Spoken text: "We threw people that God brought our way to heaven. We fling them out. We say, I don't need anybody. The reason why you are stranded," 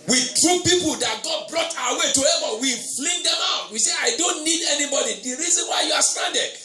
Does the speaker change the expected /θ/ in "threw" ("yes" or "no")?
yes